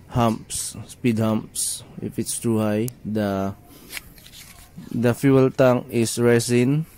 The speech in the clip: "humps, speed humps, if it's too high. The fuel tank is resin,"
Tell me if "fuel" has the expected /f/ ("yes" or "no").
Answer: yes